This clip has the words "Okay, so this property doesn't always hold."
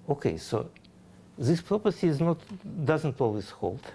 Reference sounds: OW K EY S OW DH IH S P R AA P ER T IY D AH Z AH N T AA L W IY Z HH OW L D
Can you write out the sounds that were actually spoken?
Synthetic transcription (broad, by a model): OW K EY S OW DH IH S P R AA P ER S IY D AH Z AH N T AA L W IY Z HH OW L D